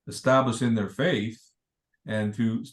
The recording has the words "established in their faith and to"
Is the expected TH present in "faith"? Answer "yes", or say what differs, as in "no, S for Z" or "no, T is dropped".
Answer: yes